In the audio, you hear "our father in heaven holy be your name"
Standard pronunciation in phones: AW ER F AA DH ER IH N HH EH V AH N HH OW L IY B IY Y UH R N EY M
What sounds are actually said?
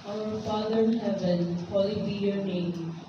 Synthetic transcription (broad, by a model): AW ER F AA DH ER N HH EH B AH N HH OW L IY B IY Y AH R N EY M